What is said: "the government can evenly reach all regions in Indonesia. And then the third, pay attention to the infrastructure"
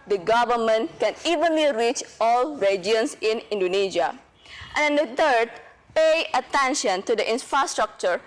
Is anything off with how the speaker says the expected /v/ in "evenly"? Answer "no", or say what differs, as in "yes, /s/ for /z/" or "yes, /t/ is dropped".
no